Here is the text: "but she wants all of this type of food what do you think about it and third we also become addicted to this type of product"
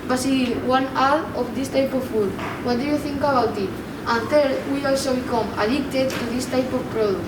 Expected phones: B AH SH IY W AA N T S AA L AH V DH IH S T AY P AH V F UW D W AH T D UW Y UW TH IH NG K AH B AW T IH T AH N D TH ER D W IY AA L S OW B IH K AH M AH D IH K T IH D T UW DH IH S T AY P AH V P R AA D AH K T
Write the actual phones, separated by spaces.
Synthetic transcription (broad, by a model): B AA S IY W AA N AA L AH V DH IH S T AY P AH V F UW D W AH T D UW Y UW TH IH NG K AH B AW T IH T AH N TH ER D W IY AA L S OW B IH K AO M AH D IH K T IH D T UW DH IH S T AY P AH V P R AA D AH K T